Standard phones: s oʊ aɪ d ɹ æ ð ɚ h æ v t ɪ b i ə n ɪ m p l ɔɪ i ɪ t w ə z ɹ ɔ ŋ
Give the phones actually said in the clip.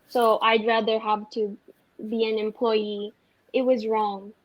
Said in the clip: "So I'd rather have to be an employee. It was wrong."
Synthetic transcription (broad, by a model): s oʊ aɪ d ɹ æ ð ɚ h æ v t ɪ b i ə n ɪ m p l ɔɪ i ɪ t w ə z ɹ ɔ ŋ